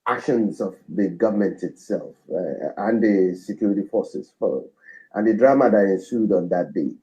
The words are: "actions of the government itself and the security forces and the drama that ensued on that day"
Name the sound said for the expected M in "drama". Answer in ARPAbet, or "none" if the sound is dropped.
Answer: M